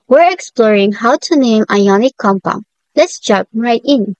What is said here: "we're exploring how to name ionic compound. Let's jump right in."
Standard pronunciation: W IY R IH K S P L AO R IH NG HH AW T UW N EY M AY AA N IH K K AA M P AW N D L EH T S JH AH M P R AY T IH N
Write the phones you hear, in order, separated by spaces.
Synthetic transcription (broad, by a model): W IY R IH K S P L AO R IH NG HH AW T UW N EY M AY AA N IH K K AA M P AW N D L EH T S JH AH P R AY T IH N